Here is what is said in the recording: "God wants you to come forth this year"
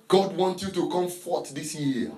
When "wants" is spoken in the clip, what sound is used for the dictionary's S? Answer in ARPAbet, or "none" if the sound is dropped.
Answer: none